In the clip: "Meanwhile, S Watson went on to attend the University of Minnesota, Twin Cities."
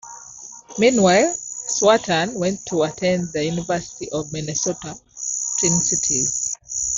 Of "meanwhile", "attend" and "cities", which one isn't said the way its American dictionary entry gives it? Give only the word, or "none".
cities